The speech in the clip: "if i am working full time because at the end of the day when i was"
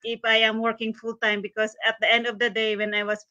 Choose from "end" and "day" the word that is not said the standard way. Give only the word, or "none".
none